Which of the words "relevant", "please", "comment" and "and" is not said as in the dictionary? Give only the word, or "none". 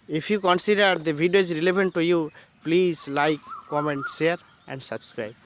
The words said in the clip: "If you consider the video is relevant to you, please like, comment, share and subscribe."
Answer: relevant